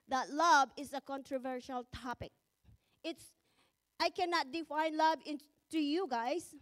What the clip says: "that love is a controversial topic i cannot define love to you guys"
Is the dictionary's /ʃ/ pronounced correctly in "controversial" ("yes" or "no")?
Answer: yes